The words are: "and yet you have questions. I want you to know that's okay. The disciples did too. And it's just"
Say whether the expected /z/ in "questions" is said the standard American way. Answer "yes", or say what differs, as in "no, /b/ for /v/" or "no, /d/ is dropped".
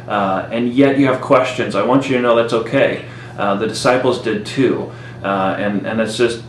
yes